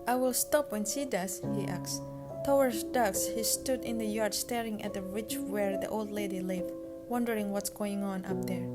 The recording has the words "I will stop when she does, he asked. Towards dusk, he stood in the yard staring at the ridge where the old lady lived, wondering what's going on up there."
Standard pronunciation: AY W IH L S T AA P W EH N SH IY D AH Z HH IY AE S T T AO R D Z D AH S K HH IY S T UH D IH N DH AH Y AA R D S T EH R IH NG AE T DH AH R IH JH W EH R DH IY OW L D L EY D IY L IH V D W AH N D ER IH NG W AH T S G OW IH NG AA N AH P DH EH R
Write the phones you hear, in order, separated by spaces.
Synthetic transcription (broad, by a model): AY W IH L S T AA P W EH N S IY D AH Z HH IY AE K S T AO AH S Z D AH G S HH IY S T UH D IH N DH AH Y AA R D S T EH R IH NG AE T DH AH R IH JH W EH R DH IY OW L D L EY D IY L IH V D W AH N D ER IH NG W AH T S G OW IH NG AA N AH P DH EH R